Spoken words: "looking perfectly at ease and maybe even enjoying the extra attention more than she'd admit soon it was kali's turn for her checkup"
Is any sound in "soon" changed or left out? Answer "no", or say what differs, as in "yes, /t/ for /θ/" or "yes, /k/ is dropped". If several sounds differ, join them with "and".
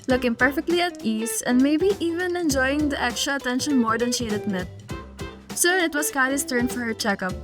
yes, /n/ is dropped